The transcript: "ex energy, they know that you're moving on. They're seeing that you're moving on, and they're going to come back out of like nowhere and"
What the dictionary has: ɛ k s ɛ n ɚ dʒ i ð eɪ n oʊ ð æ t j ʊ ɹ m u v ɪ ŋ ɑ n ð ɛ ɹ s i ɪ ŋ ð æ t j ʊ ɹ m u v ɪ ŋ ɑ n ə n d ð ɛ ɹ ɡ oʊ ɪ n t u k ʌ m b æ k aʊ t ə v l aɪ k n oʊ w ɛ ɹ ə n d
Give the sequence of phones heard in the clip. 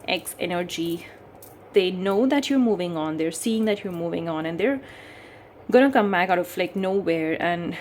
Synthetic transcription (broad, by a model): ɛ k s ɛ n ɚ dʒ i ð eɪ n oʊ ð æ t j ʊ ɹ m u v ɪ ŋ ɑ n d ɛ ɹ s i ɪ ŋ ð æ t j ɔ ɹ m u v ɪ ŋ ɑ n ə n d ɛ ɹ ɡ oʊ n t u k ʌ m b æ k aʊ t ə f l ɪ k n oʊ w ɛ ɹ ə n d